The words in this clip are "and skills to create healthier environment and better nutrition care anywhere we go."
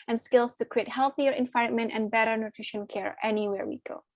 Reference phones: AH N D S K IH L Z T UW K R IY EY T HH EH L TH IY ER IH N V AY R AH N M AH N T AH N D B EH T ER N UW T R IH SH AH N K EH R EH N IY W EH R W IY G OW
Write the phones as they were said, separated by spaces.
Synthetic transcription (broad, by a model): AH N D S K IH L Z T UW K R IY EY T HH EH L TH IY ER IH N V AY AH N M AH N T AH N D B EH T ER N UW T R IH SH AH N K EH R EH N IY W EH R W IY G OW